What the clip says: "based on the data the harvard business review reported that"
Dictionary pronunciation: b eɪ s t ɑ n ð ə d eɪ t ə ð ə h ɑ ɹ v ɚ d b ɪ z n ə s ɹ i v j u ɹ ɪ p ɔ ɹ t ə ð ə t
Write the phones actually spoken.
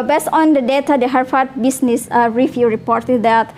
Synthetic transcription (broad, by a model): b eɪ s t ɑ n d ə d eɪ t ə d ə h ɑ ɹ f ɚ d b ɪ s n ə s ɹ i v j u ɹ ɪ p ɔ ɹ t ə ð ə t